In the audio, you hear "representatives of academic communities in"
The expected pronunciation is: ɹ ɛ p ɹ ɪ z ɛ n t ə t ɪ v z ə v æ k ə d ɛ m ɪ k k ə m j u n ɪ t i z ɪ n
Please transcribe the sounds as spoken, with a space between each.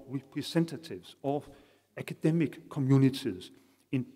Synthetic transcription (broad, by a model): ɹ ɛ p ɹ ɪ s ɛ n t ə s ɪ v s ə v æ k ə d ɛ m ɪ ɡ k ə m j u n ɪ s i s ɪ n